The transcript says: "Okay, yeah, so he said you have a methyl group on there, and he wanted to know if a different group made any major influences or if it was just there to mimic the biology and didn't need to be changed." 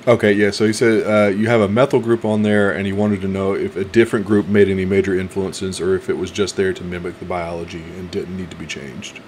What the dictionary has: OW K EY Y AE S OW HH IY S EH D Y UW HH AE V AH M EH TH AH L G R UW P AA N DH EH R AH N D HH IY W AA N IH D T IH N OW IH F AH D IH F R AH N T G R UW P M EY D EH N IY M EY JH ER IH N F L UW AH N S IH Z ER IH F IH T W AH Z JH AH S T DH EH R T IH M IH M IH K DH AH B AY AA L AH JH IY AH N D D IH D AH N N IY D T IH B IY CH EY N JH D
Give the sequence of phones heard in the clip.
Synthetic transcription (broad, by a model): OW K EY Y AE S OW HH IY S EH D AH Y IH V AH M EH TH L G R UW P N DH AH R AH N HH IY W AA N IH D T IH N OW IH F AH D IH F R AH N G R UW P M EY D EH N IY M EY JH ER IH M F L UW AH N S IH Z ER IH F IH T W AH Z JH AH S T DH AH R T IH M IH M IH K DH AH B AY AA L AH JH IY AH N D D IH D N N IY D T IH B IY CH EY N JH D